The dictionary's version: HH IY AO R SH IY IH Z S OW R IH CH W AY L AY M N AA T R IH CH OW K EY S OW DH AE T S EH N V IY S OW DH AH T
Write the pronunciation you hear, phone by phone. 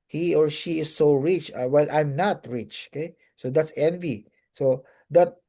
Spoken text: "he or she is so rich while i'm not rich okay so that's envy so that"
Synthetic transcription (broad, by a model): HH IY AO R SH IY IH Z S OW R IH CH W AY L AY M N AA T R IH CH OW K EY S OW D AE T S EH N V IY S OW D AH T